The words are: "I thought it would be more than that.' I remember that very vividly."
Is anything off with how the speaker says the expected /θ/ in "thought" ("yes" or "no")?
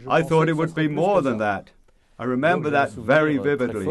no